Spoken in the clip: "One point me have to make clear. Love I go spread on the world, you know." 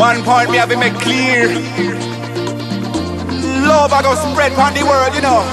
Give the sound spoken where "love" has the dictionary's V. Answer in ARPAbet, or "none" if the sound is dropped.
B